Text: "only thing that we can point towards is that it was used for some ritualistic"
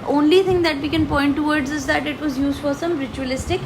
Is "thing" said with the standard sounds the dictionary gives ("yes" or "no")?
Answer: no